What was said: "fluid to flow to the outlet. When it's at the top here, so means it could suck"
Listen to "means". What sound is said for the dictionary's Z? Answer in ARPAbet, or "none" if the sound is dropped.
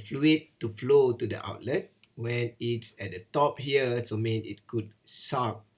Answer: none